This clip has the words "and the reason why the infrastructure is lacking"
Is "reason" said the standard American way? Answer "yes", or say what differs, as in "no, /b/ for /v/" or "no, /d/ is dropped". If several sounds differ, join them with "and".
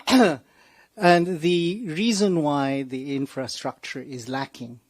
yes